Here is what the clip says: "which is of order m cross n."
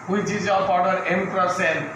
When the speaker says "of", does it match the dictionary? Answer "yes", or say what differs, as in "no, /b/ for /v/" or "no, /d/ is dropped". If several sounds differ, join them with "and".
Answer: no, /p/ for /v/